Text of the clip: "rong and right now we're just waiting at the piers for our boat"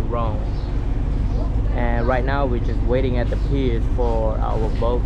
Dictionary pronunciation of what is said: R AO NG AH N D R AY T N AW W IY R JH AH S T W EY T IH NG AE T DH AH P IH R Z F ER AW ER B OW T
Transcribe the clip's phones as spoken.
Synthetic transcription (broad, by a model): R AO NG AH N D R AY T N AW W IY R JH AH S T W EY T IH NG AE T DH AH P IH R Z F ER AW ER B OW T